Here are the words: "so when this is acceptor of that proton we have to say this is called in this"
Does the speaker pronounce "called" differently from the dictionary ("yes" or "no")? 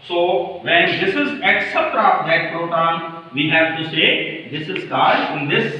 yes